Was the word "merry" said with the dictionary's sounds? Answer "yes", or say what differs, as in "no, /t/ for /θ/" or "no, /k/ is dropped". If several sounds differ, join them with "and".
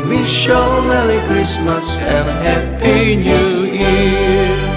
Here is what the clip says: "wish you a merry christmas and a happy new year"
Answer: no, /l/ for /ɹ/